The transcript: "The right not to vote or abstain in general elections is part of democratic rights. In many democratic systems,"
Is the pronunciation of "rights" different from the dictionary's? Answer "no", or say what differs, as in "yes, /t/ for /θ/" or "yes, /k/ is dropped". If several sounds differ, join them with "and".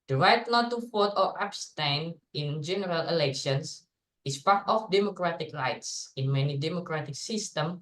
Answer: no